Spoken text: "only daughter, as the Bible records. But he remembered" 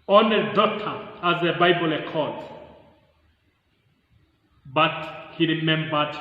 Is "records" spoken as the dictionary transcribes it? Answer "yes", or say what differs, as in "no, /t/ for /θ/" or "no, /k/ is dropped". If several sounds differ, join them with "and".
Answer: no, /z/ is dropped